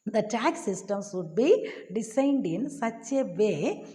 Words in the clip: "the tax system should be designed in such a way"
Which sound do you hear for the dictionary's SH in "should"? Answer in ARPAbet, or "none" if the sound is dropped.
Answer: S